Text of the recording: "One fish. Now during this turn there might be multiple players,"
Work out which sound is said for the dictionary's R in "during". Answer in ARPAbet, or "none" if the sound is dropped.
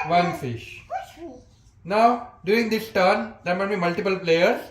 none